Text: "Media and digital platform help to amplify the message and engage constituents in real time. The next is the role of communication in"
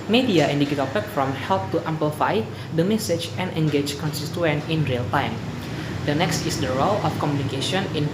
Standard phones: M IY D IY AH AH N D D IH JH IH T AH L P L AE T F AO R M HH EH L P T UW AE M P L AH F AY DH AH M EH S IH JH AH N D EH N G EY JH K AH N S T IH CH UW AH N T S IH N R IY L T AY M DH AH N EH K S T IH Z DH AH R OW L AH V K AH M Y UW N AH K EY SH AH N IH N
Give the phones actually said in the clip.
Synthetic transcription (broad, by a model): M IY D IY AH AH N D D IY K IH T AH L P EH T F AO M HH EH L P T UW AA M P L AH F AY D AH M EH S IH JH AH N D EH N G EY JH K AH N S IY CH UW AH N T IH N R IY L T AY M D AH N EH K S T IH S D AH R OW L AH F K AH M Y UW N AH K EY SH AH N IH N